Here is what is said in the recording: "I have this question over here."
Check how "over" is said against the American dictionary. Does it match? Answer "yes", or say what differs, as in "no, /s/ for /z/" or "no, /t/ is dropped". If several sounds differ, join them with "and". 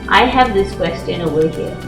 no, /v/ is dropped